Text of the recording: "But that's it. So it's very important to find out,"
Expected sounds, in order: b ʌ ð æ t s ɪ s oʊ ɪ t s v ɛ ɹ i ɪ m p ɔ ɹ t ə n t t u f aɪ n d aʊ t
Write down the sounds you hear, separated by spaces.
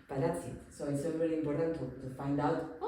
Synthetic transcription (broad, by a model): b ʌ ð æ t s ɪ s oʊ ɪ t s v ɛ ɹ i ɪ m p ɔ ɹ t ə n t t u f aɪ n d aʊ t